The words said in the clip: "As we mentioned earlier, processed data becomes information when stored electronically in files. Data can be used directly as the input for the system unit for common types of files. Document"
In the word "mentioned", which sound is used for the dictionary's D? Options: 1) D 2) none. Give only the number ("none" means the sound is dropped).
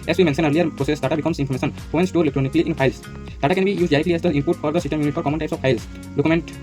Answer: 2